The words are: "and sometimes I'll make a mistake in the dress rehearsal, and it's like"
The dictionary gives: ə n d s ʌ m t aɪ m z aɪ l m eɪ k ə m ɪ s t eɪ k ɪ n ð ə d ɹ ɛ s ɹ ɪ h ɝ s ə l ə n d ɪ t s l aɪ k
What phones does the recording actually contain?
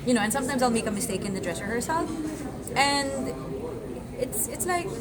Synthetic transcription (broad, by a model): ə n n s ʌ m t aɪ m z aɪ l m eɪ k ə m ɪ s t eɪ k ɪ n ð ə d ɹ ɛ s ɹ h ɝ s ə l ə n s ɪ t s l aɪ k